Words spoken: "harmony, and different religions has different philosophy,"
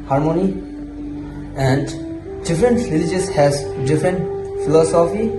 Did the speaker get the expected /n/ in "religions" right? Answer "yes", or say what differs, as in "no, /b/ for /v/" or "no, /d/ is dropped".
no, /n/ is dropped